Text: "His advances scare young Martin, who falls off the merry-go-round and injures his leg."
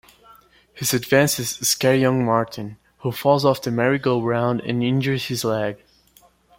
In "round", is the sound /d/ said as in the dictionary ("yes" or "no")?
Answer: yes